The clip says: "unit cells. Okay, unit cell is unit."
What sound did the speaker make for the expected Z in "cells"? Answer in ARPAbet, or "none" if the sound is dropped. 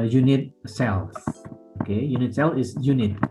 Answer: none